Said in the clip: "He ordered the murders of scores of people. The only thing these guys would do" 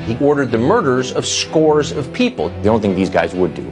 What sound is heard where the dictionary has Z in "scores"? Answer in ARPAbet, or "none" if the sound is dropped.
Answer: Z